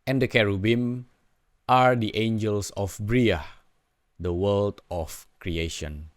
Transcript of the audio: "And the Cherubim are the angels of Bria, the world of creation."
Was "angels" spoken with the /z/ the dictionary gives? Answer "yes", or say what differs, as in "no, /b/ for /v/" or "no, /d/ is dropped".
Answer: no, /s/ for /z/